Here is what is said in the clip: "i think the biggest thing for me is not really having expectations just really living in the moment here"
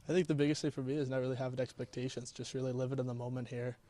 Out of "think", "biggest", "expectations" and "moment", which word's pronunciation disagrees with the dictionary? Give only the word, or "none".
none